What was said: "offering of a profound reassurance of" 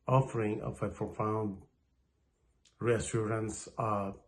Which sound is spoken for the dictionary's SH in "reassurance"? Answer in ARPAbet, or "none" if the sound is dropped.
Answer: S